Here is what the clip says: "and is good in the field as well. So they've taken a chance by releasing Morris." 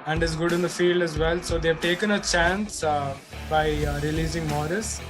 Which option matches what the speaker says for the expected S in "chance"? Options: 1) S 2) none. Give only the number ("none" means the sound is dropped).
1